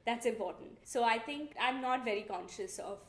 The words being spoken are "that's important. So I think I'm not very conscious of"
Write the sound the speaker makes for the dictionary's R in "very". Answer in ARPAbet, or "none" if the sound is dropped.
R